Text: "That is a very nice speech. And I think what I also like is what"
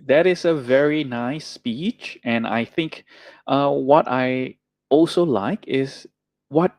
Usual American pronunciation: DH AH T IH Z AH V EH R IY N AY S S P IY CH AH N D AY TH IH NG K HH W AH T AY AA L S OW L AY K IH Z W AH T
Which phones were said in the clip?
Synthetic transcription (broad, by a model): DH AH T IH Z AH V EH R IY N AY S S P IY CH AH N AY TH IH NG K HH W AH T AY AA L S OW L AY K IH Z W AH T